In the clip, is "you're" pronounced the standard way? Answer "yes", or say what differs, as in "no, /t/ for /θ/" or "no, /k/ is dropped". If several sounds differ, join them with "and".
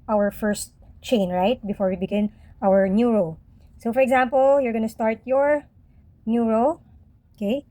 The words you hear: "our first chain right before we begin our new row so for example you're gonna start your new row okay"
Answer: yes